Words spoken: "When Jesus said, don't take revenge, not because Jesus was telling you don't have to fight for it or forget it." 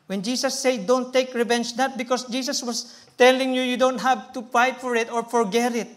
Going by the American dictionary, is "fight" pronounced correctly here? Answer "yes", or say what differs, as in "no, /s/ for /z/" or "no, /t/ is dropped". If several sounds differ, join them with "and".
no, /p/ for /f/